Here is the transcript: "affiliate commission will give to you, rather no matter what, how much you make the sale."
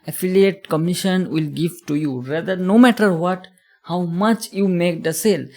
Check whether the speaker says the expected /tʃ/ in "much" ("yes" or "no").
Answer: yes